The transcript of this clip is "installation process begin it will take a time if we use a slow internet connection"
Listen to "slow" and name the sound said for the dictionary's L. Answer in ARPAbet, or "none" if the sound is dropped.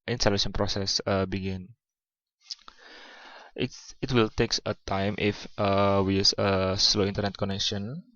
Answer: L